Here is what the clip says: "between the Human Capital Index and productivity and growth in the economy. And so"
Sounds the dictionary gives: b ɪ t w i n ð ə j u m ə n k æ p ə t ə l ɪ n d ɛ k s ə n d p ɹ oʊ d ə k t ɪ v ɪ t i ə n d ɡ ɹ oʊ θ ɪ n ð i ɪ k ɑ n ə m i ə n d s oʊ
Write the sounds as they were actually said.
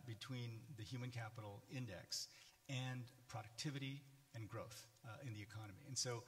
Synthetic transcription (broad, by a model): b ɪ t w i n ð ə j u m ə n k æ p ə t l ɪ n d ɛ k s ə n p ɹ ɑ d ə k t ɪ v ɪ t i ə n ɡ ɹ oʊ θ ɪ n ð i ɪ k ɑ n ə m i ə n s oʊ